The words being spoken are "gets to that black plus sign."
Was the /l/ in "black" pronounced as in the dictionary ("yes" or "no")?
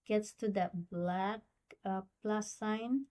yes